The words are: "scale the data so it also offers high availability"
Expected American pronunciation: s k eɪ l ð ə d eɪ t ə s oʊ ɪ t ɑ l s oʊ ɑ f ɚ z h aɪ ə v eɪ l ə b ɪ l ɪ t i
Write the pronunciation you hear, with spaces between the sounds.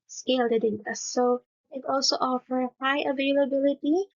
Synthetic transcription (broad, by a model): s k eɪ l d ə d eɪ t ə s oʊ ɪ t ɑ l s oʊ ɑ f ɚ h aɪ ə v eɪ l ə b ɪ l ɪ t i